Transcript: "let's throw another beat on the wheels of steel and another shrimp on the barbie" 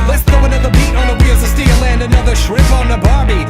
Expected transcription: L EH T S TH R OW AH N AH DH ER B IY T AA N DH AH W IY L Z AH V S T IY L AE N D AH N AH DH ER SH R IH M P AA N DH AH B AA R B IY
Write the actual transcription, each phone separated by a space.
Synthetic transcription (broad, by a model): L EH T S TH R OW AH N AH DH ER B IY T N DH AH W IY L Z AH S T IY L AE N D AH N AH DH ER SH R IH P N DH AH B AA R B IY